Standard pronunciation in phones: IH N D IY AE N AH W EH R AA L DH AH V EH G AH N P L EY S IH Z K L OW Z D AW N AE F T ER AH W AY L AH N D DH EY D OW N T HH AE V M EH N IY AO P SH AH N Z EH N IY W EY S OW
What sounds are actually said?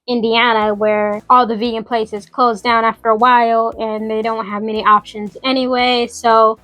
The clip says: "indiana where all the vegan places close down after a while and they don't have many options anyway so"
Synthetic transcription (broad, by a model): IH N D IY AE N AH W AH R AA L DH AH V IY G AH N P L EY S IH Z K L OW Z D AW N AE F T ER AH W AY L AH N DH EY D OW N T HH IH V M EH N IY AO P SH AH N Z EH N IY W EY S OW